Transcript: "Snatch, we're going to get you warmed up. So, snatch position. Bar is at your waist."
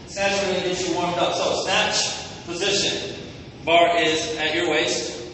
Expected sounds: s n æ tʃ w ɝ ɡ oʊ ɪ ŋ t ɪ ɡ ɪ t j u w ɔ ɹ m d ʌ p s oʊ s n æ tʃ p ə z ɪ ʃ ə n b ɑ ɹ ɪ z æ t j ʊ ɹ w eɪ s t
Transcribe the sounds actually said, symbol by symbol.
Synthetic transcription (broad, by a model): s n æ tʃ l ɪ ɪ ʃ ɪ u w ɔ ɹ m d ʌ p s oʊ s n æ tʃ p ə z ɪ ʃ ə n b ɑ ɹ ɪ z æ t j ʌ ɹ w eɪ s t